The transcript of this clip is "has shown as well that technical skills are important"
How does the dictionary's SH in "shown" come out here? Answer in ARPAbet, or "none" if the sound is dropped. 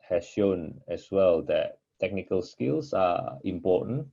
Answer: SH